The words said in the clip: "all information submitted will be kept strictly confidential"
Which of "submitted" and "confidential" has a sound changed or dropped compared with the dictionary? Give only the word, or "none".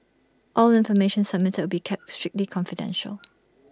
submitted